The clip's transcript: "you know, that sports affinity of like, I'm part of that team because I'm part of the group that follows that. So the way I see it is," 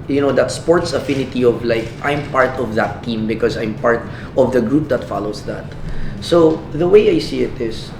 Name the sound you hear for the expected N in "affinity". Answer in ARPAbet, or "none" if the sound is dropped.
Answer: N